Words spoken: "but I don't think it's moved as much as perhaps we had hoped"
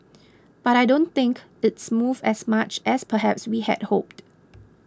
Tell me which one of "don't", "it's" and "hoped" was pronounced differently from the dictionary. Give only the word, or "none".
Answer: none